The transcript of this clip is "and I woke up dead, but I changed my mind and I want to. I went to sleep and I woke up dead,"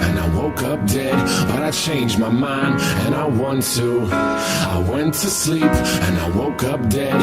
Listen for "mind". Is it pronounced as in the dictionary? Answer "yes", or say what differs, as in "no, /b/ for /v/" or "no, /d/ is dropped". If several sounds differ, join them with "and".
yes